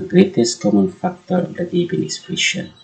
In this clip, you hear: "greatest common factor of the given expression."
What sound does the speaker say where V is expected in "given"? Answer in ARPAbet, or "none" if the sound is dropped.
B